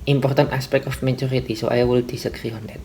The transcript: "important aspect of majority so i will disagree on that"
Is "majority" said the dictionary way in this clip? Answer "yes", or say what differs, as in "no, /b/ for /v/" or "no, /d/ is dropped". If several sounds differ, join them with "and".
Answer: no, /tʃ/ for /dʒ/